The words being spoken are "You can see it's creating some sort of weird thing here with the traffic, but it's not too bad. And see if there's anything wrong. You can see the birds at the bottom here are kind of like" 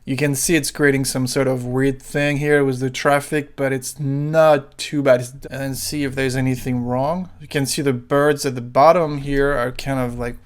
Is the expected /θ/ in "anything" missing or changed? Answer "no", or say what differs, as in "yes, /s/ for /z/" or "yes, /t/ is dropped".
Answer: no